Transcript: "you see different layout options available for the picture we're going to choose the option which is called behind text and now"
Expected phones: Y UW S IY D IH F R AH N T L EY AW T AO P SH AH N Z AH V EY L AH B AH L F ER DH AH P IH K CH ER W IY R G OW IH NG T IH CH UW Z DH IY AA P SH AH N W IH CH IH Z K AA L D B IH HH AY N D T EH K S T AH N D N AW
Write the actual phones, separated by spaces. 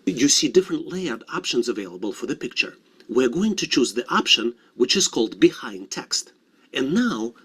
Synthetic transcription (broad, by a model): Y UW S IY D IH F R AH N T L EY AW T AO P SH AH N Z AH V EY L AH B AH L F ER DH AH P IH K CH ER W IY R G OW IH NG T IH CH UW Z DH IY AA P SH AH N W IH CH IH Z K AA L D B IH HH AY N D T EH K S T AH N N AW